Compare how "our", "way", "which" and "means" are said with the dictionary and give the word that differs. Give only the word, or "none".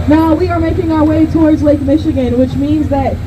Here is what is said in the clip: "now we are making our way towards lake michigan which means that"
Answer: none